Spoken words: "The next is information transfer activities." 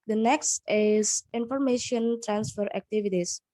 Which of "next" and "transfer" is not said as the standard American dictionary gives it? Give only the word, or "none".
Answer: none